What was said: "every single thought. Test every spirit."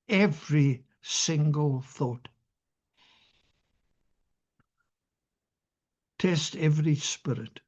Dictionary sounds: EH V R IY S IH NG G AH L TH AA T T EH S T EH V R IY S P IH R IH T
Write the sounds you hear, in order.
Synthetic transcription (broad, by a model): EH V R IY S IH NG G AH L TH AA T T EH S T EH V R IY S P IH R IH T